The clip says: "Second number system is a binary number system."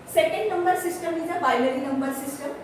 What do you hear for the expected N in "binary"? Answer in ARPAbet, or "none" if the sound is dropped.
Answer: L